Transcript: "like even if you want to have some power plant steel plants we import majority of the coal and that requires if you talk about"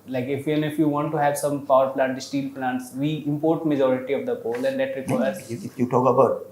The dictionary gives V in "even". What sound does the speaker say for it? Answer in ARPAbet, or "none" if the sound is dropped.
F